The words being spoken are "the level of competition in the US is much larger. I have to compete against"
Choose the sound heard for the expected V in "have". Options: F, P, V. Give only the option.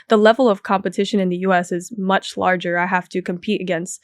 F